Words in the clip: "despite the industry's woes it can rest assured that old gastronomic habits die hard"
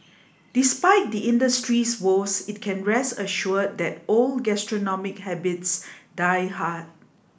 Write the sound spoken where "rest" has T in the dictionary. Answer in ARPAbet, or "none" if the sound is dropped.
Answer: none